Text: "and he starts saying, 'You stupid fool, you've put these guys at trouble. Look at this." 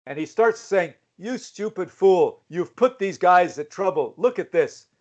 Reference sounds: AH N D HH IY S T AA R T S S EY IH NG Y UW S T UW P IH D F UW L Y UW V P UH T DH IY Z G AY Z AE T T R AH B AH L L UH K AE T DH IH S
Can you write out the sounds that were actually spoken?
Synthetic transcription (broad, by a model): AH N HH IY S T AA R T S S EY IH NG Y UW S T UW P IH D F UW L Y UW V P UH T DH IY Z G AY Z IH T T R AH B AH L L UH K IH T DH IH S